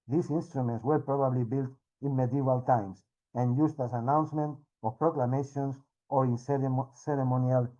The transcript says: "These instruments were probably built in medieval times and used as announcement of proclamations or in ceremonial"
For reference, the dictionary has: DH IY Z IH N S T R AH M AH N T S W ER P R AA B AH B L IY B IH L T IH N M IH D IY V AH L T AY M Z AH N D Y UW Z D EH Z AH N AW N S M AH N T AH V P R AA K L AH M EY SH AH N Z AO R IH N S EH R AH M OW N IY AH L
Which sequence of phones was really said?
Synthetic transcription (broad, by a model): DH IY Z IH N S T R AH M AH N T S W ER P R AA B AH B L IY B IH L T IH N M IH D IY V AH L T AY M S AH N Y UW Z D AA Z AH N AW N S M AH N T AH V P R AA K L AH M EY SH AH N S AO R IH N S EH R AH M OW N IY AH L